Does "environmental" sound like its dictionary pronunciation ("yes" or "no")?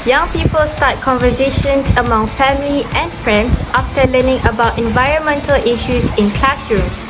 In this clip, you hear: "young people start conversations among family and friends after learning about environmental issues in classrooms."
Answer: yes